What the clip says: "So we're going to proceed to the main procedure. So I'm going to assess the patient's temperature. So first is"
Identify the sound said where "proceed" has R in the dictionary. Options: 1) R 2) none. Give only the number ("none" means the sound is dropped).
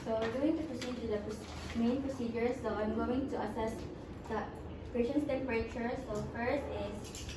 1